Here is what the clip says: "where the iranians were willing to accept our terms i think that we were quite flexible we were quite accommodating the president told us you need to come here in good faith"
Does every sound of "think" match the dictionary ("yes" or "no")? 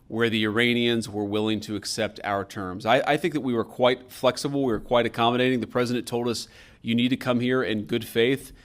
yes